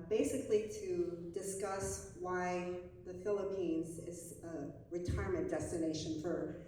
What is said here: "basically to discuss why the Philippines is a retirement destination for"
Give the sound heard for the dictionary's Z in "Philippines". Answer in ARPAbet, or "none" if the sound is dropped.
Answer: Z